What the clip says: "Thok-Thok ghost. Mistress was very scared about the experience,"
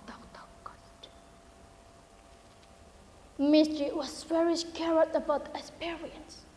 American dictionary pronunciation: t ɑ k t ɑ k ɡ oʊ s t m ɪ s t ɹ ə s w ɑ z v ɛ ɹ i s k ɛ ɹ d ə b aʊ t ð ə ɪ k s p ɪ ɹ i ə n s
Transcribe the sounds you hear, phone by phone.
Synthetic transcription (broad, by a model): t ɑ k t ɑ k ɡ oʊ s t m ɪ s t ɹ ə w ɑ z w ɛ ɹ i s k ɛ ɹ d ə b aʊ t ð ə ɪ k s p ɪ ɹ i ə n s